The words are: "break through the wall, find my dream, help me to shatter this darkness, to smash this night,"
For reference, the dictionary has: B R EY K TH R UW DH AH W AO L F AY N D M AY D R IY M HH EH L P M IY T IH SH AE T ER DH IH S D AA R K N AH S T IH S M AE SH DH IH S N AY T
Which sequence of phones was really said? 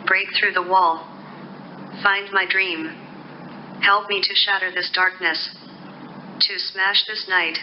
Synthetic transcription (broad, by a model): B R EY K TH R UW DH AH W AO L F AY N D M AY D R IY M HH EH L P M IY T IH SH AE T ER DH IH S D AA R K N AH S T IH S M AE SH DH IH S N AY T